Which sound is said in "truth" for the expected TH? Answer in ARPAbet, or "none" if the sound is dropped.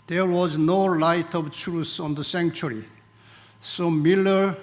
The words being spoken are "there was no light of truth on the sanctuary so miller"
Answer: S